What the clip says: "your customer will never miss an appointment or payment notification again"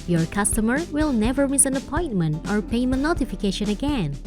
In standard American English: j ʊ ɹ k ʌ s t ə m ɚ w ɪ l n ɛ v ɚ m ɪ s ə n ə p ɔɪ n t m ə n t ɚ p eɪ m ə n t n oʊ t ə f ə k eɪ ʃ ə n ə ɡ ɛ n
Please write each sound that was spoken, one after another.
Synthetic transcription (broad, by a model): j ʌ ɹ k ʌ s t ə m ɚ w ɪ l n ɛ v ɚ m ɪ s ə n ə p ɔɪ n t m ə n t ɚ p eɪ ə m n oʊ t ə f ə k eɪ ʃ ə n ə ɡ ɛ n